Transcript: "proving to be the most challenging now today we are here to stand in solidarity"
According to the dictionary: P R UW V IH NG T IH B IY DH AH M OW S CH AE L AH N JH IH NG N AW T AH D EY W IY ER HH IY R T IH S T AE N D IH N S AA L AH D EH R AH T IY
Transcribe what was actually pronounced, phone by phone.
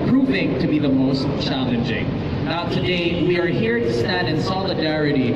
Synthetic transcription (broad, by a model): P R UW V IH NG T IH B IY DH AH M OW S CH AE L AH N JH IH NG N AW T AH D EY W IY ER HH IY R T IH S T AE D IH N S AA L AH D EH R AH T IY